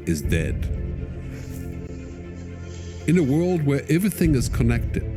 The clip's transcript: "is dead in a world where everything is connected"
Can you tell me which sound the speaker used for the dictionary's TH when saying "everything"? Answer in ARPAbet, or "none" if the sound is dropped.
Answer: TH